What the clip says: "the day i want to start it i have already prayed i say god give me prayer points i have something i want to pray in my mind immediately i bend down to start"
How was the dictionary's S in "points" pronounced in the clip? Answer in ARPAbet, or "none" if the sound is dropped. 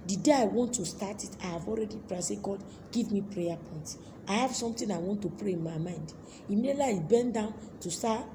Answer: none